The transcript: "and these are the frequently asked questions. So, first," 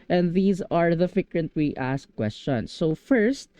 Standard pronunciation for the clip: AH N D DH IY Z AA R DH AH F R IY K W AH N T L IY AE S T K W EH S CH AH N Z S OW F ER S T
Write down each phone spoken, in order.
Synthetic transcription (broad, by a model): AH N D DH IY Z AA R DH AH F IH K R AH N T W IY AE S K W EH S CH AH N S OW F ER S T